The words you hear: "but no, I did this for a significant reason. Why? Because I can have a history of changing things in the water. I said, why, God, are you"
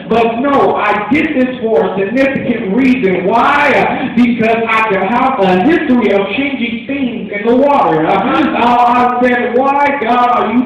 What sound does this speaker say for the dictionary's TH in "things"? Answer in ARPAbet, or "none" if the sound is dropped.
TH